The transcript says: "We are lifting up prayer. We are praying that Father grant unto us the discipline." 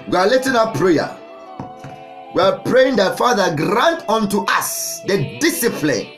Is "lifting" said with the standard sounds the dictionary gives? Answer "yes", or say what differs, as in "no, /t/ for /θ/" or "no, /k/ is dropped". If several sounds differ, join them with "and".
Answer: no, /f/ is dropped